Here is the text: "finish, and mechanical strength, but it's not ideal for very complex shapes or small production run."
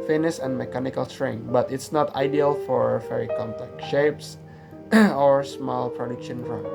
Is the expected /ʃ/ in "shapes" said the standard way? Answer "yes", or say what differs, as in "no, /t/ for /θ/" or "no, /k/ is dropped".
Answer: yes